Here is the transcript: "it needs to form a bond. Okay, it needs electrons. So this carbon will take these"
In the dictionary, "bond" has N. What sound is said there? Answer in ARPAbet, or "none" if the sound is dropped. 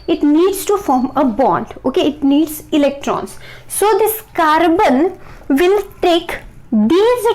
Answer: N